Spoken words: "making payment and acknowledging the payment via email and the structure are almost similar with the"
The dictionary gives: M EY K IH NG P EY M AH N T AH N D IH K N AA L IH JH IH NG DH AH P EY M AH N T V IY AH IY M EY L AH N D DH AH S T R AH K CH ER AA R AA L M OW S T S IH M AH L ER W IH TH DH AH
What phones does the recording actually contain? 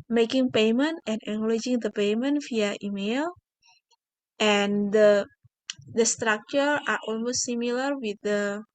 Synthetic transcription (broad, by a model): M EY K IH NG P EY M AH N T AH N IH N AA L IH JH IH NG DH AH P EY M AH N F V IY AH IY M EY L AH N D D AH S T R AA K CH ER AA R AA L M OW S T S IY M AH L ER W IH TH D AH